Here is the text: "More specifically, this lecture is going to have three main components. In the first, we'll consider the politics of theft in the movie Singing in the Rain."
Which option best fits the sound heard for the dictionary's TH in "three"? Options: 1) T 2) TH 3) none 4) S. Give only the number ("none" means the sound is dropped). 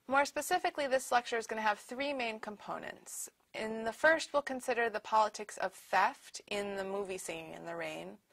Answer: 2